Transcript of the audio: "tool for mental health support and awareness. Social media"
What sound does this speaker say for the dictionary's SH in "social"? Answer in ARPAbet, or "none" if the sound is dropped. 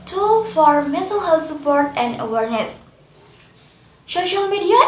SH